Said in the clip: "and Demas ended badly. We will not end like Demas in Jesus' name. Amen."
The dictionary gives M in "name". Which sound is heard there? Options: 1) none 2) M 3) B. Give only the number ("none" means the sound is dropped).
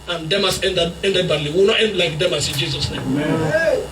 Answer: 1